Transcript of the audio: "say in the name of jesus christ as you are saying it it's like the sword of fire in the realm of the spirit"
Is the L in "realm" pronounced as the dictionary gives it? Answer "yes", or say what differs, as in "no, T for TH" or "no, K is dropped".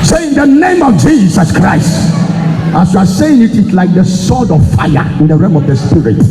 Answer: no, L is dropped